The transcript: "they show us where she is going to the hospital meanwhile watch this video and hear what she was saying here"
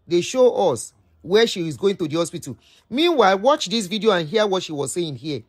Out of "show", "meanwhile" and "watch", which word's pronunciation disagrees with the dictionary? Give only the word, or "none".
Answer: none